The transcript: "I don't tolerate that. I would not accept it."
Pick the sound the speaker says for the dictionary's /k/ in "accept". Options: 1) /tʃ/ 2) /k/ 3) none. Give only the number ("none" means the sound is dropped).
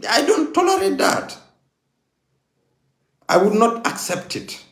2